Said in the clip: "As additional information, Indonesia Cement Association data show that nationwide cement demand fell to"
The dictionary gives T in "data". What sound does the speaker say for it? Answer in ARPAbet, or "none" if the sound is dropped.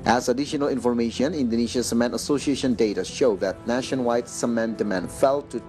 T